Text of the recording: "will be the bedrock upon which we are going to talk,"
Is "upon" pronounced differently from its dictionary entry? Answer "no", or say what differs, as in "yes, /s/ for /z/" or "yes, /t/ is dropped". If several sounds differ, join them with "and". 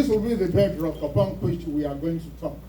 yes, /b/ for /p/